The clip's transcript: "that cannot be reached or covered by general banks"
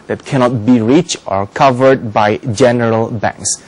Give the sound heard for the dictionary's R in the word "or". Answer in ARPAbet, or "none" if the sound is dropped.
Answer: R